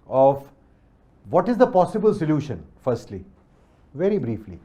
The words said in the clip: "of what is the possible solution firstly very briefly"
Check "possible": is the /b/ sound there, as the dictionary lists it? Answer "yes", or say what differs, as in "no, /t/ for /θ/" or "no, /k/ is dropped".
yes